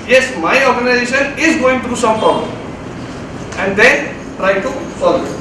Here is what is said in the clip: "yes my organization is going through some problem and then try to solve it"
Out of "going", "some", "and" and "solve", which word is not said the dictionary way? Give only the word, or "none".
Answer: solve